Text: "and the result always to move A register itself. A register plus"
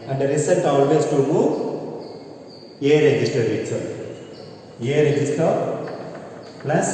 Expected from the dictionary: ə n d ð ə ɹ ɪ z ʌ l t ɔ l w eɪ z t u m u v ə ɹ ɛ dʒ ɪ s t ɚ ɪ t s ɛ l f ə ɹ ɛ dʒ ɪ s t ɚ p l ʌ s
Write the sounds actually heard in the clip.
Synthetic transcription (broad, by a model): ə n d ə ɹ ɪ s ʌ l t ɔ l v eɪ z t u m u ə ɹ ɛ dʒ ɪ s t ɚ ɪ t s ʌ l ə ɹ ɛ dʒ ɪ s t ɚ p l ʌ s